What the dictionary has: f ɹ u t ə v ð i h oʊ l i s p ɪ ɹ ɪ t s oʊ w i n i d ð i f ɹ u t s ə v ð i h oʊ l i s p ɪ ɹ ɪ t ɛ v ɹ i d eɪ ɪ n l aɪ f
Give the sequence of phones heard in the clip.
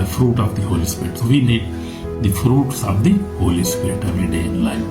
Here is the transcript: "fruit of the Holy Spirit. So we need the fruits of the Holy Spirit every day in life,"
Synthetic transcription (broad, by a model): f ɹ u t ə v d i h oʊ l i s p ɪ ɹ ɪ t s oʊ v i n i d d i f ɹ u t s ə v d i h oʊ l i s p ɪ ɹ ɪ t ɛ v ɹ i d eɪ ɪ n l aɪ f